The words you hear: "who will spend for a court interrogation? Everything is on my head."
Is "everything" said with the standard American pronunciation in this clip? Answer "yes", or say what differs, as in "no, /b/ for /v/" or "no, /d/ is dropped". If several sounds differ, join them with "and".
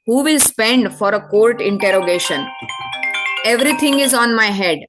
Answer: no, /t/ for /θ/